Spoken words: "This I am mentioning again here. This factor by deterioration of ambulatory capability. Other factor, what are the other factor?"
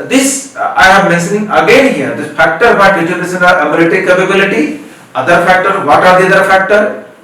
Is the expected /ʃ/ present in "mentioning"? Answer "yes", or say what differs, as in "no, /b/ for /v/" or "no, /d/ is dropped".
no, /s/ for /ʃ/